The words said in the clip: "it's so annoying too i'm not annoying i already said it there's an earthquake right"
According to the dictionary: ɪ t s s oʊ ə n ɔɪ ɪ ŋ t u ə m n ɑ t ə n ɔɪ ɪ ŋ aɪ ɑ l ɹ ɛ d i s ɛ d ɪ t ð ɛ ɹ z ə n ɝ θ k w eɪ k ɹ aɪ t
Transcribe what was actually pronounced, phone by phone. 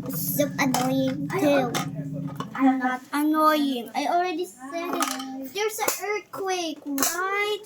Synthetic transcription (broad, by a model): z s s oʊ ə n ɔɪ ɪ ŋ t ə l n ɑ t ə n ɔɪ ɪ ŋ aɪ ɑ l ɹ ɛ d i s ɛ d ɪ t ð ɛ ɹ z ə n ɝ t k w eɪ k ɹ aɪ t